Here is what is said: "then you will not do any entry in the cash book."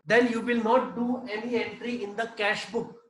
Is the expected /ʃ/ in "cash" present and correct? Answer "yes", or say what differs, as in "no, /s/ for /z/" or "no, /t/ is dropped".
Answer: yes